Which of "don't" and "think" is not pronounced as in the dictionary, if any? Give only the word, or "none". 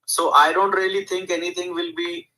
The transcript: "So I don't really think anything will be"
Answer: think